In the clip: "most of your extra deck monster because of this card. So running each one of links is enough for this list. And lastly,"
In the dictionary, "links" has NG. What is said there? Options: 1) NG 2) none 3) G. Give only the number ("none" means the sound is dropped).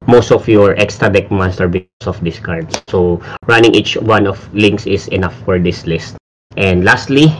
1